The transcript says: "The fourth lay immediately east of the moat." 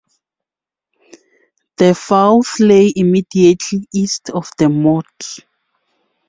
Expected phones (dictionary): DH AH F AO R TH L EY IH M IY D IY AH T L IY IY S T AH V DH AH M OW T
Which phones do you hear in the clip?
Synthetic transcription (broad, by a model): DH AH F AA W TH L EY IH M IY D IY AH T L IY IY S T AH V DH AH M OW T